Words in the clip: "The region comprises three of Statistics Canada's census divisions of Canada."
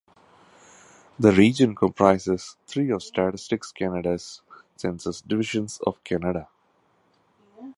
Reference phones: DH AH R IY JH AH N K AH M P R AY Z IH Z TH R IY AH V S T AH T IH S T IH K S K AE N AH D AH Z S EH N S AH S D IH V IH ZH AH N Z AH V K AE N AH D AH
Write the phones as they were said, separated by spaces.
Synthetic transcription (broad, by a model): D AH R IY JH AH N K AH M P R AY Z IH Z T R IY AH V S T AH T IH S T IH K S K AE N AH D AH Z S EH N S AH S D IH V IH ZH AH N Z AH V K AE N AH D AH